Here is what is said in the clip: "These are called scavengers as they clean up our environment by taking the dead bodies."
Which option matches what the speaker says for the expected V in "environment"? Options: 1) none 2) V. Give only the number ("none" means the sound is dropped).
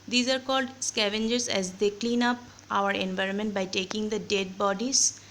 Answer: 2